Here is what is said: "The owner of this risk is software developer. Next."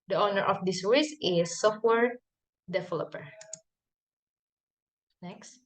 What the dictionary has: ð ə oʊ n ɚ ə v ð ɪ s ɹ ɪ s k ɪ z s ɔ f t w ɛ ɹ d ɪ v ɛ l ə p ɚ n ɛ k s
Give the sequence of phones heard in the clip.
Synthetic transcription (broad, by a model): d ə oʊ n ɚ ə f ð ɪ s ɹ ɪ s ɪ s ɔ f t w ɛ ɹ d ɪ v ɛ l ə p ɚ n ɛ k s